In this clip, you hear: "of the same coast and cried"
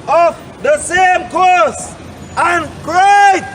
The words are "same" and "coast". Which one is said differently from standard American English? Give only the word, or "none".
coast